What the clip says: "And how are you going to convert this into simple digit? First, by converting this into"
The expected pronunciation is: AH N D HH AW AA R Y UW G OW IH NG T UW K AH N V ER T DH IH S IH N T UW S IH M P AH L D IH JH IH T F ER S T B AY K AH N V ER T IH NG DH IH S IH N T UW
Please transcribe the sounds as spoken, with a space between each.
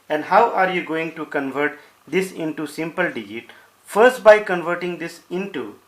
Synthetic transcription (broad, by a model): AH N D HH AW AA R Y UW G OW IH NG T UW K AH N V ER T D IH S IH N T UW S IH M P AH L D IH JH IH T F ER S T B AY K AH N V ER T IH NG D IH S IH N T UW